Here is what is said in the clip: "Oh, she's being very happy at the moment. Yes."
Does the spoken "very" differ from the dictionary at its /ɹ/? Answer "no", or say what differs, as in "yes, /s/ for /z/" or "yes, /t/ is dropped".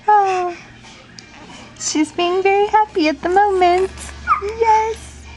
no